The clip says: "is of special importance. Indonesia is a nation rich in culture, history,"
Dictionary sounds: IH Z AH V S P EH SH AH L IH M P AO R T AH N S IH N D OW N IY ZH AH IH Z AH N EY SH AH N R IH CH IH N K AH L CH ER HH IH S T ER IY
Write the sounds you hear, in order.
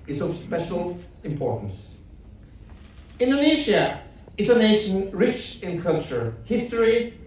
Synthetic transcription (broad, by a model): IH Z AH V S P EH SH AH L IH M P AO R T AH N S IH N D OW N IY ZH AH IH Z AH N EY SH AH N R IH CH IH N K AH L CH ER HH IH S T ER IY